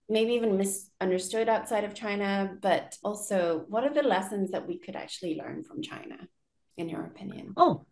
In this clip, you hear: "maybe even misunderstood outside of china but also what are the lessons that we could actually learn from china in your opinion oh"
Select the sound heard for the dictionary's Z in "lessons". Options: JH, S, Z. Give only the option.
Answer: Z